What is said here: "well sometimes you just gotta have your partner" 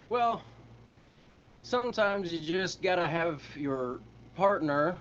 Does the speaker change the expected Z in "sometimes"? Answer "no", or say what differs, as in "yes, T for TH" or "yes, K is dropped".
no